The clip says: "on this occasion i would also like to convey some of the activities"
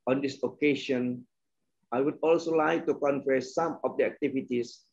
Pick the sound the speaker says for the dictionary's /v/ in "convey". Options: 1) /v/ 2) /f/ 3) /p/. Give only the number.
2